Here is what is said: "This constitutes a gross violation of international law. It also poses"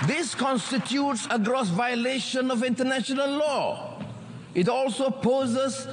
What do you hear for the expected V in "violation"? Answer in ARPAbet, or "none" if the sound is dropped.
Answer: V